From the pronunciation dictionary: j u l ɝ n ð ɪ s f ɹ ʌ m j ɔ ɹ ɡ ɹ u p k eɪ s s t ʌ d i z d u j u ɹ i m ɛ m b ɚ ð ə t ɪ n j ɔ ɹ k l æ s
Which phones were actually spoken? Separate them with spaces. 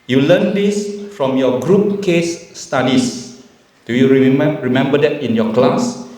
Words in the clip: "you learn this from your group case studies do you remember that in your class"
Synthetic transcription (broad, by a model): j u l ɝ n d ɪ s f ɹ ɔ m j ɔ ɡ ɹ u p k eɪ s s t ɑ d i s d u j u ɹ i m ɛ m b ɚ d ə t ɪ n j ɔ k l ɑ s